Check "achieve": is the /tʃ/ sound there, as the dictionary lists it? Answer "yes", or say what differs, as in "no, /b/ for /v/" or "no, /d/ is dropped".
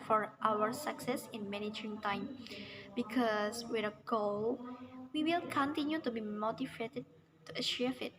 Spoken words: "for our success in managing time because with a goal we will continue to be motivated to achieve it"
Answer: no, /ʃ/ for /tʃ/